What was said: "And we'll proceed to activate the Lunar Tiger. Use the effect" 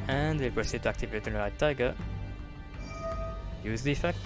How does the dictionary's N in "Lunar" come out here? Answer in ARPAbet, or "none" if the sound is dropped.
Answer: none